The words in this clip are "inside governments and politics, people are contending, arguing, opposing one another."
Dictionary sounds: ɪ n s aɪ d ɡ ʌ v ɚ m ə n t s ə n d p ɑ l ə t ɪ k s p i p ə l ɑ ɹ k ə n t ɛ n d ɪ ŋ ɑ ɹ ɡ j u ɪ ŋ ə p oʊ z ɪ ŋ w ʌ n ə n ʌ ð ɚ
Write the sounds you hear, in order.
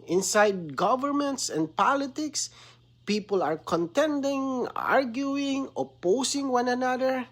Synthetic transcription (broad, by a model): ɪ n s aɪ d ɡ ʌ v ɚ m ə n t s ə n d p ɑ l ə t ɪ k s p i p ə l ɑ ɹ k ə n t ɛ n d ɪ ŋ ɑ ɹ ɡ j u ɪ ŋ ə p oʊ s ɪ ŋ w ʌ n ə n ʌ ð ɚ